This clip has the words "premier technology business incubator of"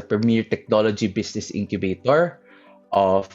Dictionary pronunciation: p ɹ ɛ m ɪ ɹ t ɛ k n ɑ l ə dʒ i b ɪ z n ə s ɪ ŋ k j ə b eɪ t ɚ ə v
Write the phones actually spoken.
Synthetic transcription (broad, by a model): p ɹ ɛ m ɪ ɹ t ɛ k n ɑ l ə dʒ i b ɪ s n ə s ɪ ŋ k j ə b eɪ t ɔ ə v